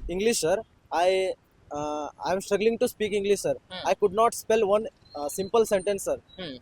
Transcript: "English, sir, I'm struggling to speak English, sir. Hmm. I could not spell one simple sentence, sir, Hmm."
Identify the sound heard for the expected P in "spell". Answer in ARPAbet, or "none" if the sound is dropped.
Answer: P